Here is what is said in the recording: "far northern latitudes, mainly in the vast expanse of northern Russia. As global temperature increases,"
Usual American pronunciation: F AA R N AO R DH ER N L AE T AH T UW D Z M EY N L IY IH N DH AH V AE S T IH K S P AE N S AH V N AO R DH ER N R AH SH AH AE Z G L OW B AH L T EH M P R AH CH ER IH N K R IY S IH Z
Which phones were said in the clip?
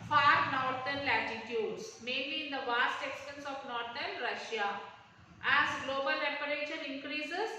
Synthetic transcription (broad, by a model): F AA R N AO R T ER N L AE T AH T UW D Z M EY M L IY IH N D AH V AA S T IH K S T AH N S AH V N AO R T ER N R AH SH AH AE Z G L OW B AH L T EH P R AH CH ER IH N K R IY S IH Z